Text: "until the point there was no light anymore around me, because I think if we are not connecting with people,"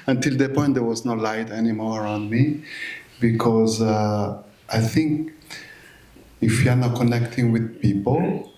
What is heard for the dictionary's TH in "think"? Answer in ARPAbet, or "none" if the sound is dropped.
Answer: TH